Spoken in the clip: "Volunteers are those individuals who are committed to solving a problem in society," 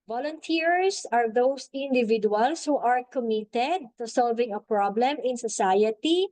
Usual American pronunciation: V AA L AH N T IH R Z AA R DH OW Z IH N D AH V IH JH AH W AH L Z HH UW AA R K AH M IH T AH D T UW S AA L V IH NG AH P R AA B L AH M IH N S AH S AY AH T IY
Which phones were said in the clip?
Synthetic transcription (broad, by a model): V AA L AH N T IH R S AA R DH OW S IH N D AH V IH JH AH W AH L S HH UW AA R K AH M IH T AH D T UW S AA L V IH NG AH P R AA B L AH M IH N S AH S AY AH T IY